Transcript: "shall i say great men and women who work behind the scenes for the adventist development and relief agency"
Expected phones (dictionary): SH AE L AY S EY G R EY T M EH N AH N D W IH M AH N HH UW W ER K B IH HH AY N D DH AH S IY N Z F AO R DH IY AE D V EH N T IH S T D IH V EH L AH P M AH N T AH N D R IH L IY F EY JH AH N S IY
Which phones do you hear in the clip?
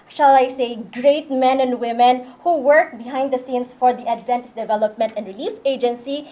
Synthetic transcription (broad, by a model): SH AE L AY S EY G R EY T M EH N AH N D W IH M AH N HH UW W ER K B IH HH AY N D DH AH S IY N S F AO R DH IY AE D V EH N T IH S D IH V EH L AH P M AH N T AH N D R IH L IY F EY JH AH N S IY